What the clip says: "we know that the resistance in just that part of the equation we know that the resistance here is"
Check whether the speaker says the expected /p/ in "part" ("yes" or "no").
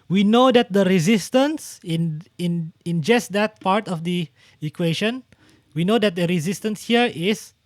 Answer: yes